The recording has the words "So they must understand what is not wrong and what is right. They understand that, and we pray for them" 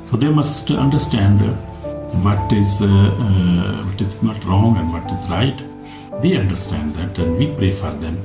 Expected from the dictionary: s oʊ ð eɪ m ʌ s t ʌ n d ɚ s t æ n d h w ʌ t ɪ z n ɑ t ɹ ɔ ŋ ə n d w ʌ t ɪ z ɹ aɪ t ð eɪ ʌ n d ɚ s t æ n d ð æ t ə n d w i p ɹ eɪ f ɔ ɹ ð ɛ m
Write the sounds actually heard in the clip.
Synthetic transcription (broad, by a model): s oʊ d eɪ m ʌ s t ʌ n d ɚ s t æ n d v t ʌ t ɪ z n ɑ t ɹ ɔ ŋ ə n d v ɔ t ɪ z ɹ aɪ t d eɪ ʌ n d ɚ s t æ n d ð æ t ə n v i p ɹ eɪ f ɔ ɹ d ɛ m